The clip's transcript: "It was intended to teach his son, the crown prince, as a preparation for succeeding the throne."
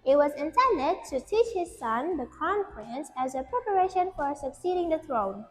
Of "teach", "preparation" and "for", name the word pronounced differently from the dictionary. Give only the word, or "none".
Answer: none